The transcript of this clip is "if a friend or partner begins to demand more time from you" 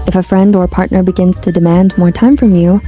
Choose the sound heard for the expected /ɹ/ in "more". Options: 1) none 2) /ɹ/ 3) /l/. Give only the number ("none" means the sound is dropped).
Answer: 2